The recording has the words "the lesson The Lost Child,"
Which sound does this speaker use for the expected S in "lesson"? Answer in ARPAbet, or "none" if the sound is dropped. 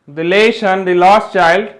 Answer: SH